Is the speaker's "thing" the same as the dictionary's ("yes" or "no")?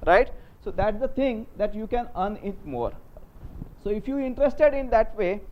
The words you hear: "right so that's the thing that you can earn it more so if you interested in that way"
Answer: no